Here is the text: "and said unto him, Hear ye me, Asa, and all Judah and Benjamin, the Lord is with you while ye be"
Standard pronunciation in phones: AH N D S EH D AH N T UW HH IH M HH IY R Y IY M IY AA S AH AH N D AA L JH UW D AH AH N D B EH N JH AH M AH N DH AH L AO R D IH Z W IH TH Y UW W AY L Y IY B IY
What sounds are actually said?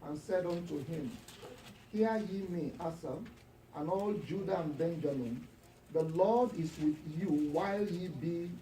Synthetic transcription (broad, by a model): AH N S EH D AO N T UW HH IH M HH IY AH Y IY M IY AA S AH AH N AA L JH UW D AH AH N B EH N JH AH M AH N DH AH L AO D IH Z W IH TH Y UW W AY L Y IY B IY